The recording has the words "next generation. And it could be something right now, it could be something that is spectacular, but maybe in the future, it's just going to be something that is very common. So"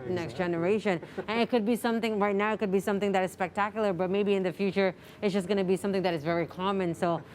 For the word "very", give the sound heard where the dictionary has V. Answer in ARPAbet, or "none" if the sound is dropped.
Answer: V